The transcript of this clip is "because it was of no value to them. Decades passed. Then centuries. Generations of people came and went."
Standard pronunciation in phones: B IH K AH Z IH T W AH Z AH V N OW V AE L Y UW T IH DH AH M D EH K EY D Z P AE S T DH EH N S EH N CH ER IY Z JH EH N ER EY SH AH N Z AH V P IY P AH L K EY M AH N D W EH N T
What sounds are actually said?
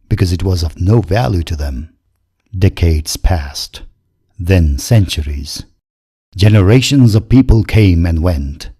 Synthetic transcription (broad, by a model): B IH K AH Z IH T W AH Z AH V N OW V AE L Y UW T IH DH AH M D EH K EY D Z P AE S T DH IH N S EH N CH ER IY Z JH EH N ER EY SH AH N Z AH V P IY P AH L K EY M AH N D W EH N T